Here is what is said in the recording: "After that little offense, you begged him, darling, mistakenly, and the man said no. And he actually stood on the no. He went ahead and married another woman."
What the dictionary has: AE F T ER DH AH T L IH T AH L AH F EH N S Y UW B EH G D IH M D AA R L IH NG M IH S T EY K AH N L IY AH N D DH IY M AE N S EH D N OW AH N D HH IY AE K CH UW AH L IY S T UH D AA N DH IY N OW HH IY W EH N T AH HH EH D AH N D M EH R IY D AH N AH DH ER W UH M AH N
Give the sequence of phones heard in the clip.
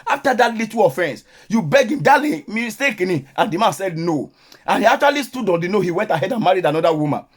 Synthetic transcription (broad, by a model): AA F T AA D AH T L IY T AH AH F EH N S Y UW B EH G IH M D AA L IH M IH S T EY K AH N IY AH N D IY M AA N S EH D N OW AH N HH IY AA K CH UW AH L IY S T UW D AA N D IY N OW HH IY W EH N T AH HH EH D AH N M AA R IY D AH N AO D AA W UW M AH N